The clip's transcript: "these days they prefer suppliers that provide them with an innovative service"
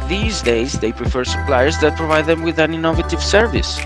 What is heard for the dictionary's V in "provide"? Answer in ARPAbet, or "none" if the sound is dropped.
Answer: V